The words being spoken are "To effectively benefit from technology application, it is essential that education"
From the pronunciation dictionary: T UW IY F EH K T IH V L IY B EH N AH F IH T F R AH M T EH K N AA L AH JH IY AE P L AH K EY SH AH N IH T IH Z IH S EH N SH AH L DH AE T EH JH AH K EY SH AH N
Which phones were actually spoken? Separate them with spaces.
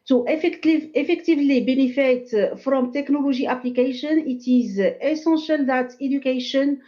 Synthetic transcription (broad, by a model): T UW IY F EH K T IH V L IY B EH N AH F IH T F R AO M T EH K N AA L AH ZH IY AE P L AH K EY SH AH N IH T IH Z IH S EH N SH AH L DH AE T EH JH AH K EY SH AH N